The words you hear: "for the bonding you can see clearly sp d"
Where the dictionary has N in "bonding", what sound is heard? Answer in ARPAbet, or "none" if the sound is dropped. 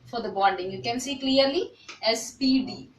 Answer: L